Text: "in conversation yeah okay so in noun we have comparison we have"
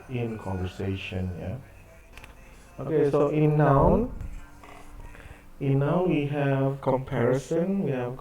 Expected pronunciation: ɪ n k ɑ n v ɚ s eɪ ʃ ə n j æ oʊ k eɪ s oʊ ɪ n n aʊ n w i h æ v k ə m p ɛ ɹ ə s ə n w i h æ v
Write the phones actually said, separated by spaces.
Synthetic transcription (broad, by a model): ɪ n k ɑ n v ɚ s eɪ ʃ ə n j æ oʊ k eɪ s oʊ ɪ n n aʊ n w i h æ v k ə m p ɛ ɹ ə s ə n w i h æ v